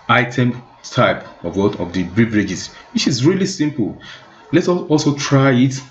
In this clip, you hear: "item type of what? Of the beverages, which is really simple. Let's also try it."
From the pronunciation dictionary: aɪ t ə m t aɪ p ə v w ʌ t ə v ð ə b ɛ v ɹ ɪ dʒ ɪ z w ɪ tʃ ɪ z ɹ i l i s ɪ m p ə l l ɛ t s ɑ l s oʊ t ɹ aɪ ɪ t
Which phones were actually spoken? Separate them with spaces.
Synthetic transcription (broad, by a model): aɪ t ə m t aɪ p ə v w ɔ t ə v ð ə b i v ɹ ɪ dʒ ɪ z w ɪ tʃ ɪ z ɹ i l i s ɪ m p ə l l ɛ t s ɑ l s oʊ t ɹ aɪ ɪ t